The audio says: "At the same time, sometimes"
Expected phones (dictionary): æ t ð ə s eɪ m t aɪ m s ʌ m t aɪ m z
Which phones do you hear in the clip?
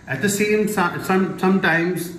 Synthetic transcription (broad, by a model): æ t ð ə s eɪ m s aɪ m s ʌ m t aɪ m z